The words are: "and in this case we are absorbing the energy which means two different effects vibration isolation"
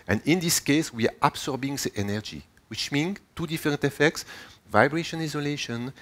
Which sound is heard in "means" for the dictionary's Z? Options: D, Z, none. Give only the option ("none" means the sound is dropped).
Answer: none